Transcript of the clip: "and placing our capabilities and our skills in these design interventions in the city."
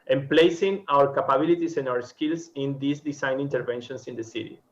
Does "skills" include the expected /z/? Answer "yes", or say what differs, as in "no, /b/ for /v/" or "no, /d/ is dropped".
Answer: no, /s/ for /z/